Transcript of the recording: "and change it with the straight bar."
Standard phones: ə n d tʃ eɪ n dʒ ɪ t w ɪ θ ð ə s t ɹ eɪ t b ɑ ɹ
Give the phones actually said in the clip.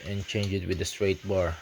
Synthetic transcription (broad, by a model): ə n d tʃ eɪ n dʒ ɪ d w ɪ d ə s t ɹ eɪ t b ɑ ɹ